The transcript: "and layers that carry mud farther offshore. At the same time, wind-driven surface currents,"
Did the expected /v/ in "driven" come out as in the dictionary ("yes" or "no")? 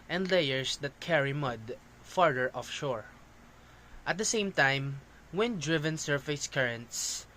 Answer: yes